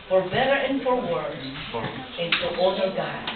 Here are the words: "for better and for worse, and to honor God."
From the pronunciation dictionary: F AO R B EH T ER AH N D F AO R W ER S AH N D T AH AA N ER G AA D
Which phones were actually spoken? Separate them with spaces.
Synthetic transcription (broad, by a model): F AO R B EH T ER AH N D F AO R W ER AH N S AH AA ER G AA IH